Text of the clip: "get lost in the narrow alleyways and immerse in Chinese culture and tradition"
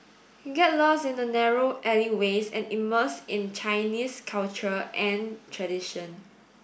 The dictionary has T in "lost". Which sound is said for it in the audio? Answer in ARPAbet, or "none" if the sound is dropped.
none